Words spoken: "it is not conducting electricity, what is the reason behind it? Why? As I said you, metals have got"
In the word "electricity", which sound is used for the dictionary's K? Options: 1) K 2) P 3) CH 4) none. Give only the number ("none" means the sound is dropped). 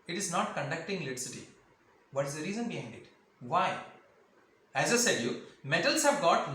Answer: 4